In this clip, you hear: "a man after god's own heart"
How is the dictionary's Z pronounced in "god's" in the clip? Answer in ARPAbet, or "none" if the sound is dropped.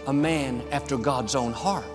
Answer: Z